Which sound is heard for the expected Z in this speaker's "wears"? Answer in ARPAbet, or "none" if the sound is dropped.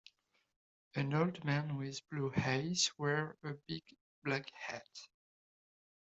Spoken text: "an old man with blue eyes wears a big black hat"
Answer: none